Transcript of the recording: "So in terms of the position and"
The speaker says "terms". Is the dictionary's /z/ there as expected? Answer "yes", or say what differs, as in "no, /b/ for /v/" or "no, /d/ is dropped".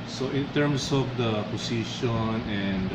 no, /s/ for /z/